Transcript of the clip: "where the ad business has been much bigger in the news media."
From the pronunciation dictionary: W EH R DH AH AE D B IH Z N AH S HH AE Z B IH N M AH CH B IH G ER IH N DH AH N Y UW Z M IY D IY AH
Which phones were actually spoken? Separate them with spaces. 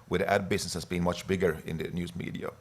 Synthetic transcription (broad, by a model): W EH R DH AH AE D B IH S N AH S HH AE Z B IH N M AH CH B IH G ER IH N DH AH N Y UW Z M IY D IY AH